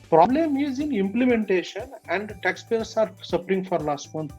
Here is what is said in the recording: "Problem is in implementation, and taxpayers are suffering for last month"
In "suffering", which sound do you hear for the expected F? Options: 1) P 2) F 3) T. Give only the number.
1